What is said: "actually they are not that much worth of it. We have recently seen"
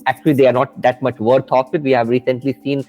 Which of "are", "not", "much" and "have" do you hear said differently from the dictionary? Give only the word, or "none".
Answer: none